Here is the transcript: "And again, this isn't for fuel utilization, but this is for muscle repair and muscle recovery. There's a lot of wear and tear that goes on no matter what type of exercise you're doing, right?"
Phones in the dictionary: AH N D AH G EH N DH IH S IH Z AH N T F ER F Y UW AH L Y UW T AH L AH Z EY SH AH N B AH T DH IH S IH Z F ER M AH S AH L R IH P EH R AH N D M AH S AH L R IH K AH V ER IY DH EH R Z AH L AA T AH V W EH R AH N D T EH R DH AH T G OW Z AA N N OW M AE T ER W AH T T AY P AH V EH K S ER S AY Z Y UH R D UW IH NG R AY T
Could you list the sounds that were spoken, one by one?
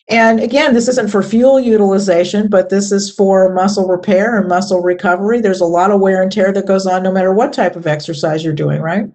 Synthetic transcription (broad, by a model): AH N AH G EH N DH IH S IH Z AH N T F ER F Y UW L Y UW T AH L AH Z EY SH AH N B AH T DH IH S IH Z F ER M AH S L R IH P EH R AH N M AH S L R IH K AH V ER IY DH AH R Z AH L AA T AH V W EH R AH N T EH R DH AH T G OW Z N N OW M AE T ER W AH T T AY P AH V EH K S ER S AY Z Y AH R D UW IH NG R AY T